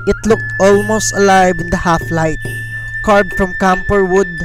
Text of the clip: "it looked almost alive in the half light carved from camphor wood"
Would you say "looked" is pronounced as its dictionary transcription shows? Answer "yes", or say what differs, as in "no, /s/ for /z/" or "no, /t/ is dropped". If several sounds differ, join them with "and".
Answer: yes